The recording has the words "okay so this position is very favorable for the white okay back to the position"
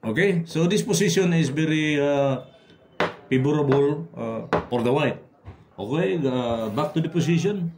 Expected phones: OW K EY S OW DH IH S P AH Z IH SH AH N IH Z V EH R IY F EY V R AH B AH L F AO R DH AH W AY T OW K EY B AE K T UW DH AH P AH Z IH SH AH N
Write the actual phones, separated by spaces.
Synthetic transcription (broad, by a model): OW K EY S OW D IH S P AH S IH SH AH N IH S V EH R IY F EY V R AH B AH L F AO R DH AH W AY T OW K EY B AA K T UW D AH P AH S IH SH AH N